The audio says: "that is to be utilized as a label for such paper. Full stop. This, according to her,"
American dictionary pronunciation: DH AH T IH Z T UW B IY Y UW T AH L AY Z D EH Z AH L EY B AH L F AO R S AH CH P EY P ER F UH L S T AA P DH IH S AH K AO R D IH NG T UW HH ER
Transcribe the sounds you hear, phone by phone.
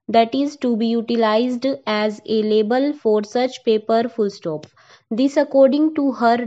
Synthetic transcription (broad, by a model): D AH T IH Z T UW B IY Y UW T AH L AY Z D EH Z AH L EY B AH L F AO R S AH CH P EY P ER F UH L S T AA P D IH S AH K AO R D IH NG T UW HH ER